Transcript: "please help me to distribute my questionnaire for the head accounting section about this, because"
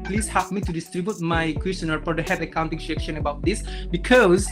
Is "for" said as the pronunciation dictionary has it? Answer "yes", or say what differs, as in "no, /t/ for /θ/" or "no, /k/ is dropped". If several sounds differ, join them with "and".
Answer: no, /p/ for /f/